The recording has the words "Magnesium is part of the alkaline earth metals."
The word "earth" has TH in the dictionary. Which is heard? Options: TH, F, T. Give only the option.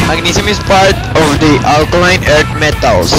T